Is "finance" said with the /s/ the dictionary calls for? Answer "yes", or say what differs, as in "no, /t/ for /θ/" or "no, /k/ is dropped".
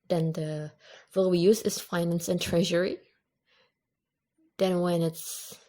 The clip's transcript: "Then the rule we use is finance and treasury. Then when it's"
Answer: yes